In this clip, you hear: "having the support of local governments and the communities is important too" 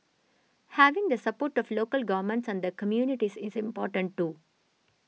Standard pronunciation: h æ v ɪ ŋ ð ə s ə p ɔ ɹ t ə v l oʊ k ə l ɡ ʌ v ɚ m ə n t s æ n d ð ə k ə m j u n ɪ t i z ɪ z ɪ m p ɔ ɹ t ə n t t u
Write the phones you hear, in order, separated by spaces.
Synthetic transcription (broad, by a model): h æ v ɪ ŋ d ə s ə p ɔ ɹ t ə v l oʊ k ə l ɡ ʌ v ɚ m ə n t s æ n d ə k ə m j u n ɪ t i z ɪ z ɪ m p ɔ ɹ t ə n t t u